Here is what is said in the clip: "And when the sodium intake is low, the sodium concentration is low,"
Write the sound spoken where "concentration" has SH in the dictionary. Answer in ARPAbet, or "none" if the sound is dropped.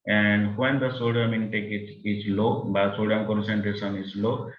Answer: S